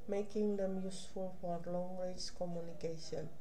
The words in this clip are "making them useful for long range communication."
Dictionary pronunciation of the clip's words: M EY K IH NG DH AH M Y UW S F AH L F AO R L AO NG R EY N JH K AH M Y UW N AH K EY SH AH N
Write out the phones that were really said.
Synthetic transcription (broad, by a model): M EY K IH NG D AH M Y UW S F AH L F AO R L AO NG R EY JH K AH M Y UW N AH K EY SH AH N